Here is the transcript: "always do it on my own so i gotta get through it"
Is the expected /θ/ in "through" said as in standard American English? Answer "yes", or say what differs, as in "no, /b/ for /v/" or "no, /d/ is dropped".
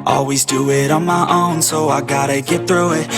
yes